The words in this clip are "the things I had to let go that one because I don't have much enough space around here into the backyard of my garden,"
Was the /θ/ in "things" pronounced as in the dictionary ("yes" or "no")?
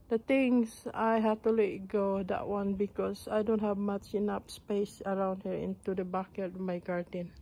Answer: no